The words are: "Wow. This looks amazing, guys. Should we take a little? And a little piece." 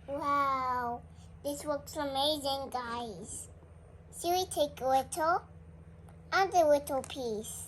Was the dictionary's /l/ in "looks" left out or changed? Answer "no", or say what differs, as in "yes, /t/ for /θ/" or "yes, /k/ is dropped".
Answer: yes, /w/ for /l/